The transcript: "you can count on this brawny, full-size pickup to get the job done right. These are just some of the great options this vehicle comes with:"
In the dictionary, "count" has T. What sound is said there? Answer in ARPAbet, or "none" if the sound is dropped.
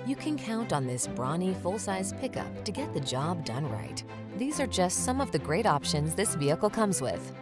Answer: T